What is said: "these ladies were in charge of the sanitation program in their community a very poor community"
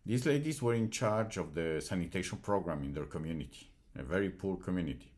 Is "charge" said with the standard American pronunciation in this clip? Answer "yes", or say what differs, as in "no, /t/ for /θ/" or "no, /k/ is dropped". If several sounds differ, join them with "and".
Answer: yes